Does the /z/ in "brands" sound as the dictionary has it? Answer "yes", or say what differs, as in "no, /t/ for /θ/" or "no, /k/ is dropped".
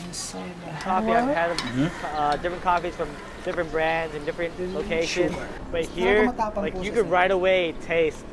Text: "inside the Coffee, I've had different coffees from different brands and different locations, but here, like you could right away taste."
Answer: yes